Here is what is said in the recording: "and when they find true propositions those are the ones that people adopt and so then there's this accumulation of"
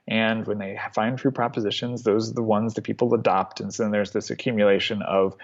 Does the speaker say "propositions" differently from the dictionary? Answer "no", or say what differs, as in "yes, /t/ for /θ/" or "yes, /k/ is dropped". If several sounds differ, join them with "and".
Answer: no